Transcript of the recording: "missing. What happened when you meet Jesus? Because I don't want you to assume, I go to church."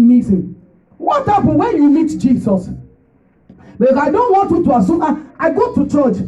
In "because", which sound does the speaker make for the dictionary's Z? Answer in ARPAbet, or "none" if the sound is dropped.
none